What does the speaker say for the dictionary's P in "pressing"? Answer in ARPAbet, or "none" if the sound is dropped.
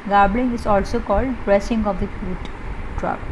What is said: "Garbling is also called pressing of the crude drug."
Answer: B